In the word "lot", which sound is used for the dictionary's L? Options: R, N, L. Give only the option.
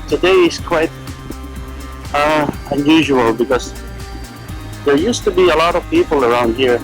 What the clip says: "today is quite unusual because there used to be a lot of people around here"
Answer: L